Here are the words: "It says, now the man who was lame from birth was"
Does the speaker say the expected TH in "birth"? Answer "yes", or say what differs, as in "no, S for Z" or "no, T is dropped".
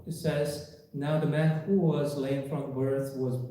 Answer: yes